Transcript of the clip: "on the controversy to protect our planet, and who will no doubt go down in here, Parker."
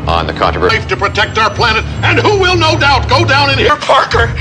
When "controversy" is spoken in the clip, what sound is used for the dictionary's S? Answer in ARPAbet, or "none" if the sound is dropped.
none